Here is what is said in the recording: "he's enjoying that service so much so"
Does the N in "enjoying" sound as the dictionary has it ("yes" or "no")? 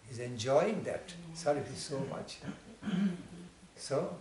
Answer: yes